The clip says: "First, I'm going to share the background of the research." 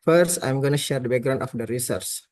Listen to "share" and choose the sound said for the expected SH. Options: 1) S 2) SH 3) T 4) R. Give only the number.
2